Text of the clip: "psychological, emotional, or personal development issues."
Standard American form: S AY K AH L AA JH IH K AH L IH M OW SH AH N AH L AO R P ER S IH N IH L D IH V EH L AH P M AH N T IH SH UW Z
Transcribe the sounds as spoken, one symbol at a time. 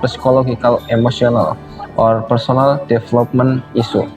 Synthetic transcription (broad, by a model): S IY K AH L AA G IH K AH L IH M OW S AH N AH L AO R P ER S IH N IH L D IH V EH L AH P M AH N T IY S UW